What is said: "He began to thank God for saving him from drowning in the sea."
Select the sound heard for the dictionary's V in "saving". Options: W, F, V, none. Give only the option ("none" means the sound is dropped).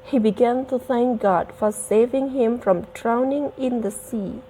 V